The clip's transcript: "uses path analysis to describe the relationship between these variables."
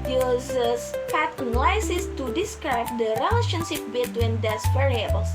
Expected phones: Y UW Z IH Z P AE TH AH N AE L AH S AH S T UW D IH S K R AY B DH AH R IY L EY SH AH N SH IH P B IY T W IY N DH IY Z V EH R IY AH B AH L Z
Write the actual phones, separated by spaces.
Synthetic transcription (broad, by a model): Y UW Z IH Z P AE T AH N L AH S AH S T UW D IH S K R AY B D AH R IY L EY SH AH N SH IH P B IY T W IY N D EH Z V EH R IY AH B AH L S